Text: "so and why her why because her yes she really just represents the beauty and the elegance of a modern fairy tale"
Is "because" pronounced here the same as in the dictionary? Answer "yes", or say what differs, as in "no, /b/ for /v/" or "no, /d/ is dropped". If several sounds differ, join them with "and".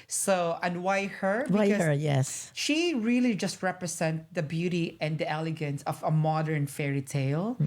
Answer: no, /k/ is dropped